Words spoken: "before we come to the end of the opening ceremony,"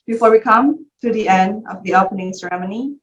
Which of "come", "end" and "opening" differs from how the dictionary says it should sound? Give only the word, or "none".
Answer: none